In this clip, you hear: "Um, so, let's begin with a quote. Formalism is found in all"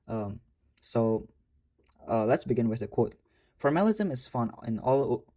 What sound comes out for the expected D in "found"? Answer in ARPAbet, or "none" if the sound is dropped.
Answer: none